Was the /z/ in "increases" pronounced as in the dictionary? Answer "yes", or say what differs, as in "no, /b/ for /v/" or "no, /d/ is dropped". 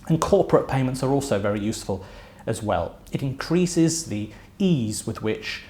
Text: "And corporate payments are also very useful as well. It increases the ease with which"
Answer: yes